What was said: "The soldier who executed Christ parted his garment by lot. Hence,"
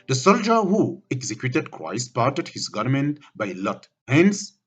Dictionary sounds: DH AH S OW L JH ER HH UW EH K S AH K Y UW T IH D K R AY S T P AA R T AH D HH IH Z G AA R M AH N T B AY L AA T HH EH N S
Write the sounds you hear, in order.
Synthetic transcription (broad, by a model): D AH S OW L JH ER HH UW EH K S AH K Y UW T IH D K R AY S T P AA R T AH D HH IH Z G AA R M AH N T B AY L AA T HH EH N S